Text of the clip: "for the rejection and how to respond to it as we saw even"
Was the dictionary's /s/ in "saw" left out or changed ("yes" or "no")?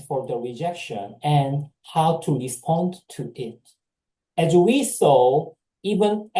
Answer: no